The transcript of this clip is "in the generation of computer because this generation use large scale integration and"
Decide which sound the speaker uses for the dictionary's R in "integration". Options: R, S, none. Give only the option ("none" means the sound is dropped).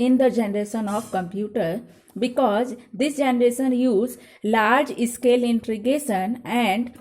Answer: none